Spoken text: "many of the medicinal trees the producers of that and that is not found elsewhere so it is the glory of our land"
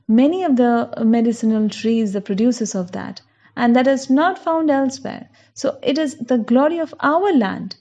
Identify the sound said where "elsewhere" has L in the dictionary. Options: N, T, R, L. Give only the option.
L